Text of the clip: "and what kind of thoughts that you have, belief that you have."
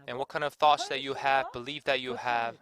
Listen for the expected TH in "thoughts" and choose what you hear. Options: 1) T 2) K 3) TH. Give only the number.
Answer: 3